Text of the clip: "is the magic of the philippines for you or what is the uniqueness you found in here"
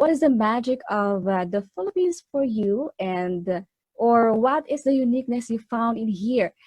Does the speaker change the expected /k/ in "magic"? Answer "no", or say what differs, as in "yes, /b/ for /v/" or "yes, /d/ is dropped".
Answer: no